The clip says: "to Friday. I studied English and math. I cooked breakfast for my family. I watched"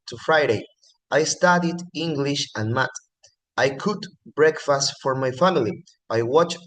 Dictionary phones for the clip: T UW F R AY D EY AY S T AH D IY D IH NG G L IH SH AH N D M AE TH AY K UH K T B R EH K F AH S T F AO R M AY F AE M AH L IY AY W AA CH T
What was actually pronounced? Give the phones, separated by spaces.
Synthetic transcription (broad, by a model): T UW F R AY D EY AY S T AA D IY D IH NG G L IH SH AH N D M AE T AY K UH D B R EH K F AH S T F AO R M AY F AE M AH L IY AY W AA CH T